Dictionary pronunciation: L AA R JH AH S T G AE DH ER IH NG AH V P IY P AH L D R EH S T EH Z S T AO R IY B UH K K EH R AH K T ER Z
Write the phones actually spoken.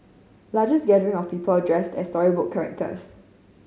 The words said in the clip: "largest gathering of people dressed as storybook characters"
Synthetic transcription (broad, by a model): L AA JH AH S G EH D ER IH NG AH F P IY P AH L D R EH S T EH S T AO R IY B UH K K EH R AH K T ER S